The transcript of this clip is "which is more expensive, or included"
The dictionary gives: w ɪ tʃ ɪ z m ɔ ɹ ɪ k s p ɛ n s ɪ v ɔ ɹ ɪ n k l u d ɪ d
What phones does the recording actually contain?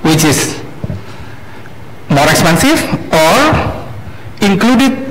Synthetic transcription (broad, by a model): w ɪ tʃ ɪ s m ɔ ɹ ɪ k s p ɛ n s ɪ f ɔ ɹ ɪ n k l u d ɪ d